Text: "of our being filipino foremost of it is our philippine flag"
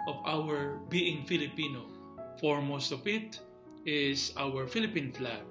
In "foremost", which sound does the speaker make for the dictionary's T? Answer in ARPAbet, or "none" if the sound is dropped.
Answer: T